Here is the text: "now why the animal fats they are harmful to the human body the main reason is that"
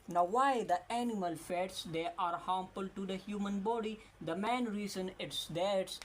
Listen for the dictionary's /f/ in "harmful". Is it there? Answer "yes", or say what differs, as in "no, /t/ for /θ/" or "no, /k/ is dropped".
no, /p/ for /f/